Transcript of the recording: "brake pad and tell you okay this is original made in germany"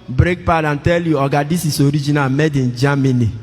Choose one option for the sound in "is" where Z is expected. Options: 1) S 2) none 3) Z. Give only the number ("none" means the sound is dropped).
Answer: 1